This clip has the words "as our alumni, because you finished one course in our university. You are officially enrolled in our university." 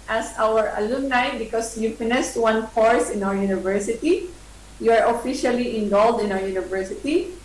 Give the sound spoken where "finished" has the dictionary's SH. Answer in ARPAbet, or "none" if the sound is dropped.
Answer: S